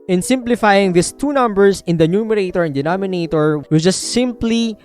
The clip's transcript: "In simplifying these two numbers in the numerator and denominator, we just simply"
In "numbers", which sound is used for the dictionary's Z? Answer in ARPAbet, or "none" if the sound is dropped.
S